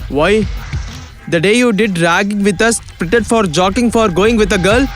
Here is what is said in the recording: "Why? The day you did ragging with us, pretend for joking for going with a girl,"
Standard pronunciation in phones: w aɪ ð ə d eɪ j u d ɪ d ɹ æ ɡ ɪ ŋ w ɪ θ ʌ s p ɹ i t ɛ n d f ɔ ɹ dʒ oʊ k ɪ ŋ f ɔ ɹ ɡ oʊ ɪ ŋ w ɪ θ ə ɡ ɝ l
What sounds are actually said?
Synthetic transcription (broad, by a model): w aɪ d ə d eɪ j u d ɪ d ɹ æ ɡ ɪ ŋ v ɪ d ʌ s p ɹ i t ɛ d f ɔ ɹ dʒ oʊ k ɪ ŋ f ɔ ɹ ɡ oʊ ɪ ŋ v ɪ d ə ɡ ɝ l